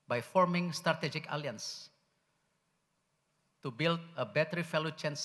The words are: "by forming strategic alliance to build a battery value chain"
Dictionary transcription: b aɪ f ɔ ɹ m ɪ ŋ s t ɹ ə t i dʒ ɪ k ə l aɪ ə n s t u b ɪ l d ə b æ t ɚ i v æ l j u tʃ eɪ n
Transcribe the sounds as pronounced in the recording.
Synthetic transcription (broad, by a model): b aɪ f ɔ ɹ m ɪ ŋ s t ɹ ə t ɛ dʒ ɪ k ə l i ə n s t u b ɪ l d ə b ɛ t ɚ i f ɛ l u tʃ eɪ n